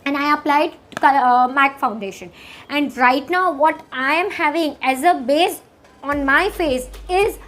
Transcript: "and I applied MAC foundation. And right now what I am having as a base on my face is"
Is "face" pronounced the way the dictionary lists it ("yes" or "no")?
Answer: yes